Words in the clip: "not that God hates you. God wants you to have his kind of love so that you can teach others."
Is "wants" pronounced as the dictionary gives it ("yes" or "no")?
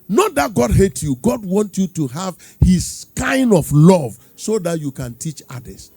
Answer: no